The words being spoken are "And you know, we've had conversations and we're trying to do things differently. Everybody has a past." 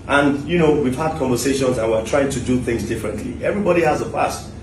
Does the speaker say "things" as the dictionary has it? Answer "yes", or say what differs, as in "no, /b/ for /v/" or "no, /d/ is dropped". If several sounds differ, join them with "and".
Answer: yes